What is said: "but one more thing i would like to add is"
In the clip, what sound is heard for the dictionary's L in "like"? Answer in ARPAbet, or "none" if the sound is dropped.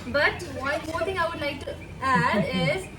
L